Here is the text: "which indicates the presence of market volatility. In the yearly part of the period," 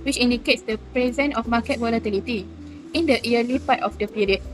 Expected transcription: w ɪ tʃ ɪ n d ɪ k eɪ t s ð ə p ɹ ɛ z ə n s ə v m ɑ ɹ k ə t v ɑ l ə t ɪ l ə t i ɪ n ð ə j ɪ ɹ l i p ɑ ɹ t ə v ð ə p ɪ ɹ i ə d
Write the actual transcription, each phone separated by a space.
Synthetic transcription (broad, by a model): w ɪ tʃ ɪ n d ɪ k eɪ t s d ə p ɹ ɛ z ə n ə f m ɑ k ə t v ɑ l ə t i l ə t i ɪ n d ə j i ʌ l i p ɑ t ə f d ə p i ɹ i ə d